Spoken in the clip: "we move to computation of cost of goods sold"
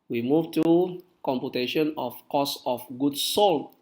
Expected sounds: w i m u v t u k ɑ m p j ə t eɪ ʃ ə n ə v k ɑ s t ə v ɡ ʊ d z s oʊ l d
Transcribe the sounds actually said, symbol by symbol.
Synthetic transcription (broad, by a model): w i m u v t u k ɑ m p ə t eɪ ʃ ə n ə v k ɑ s ə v ɡ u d s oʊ l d